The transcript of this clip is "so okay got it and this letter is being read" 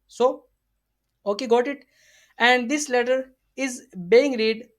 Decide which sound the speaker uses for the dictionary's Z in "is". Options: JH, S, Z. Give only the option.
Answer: Z